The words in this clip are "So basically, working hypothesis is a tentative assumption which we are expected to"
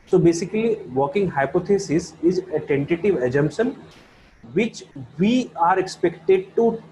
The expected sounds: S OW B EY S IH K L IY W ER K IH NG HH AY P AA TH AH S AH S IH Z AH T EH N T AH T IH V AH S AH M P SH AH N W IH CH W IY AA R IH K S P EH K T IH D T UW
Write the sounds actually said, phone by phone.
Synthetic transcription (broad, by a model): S OW B EY S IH K L IY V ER K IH NG HH AY P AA T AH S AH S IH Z AH T EH N T AH T IH V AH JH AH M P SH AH N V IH CH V IY AA R IH K S P EH K T IH D T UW